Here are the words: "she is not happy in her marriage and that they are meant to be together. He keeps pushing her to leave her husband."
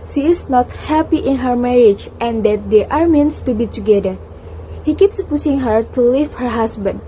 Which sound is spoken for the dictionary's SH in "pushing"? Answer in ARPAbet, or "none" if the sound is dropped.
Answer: S